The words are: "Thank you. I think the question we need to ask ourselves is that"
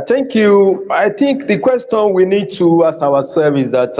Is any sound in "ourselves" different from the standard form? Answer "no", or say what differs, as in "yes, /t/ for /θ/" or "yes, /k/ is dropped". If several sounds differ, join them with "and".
yes, /l/ is dropped and /z/ is dropped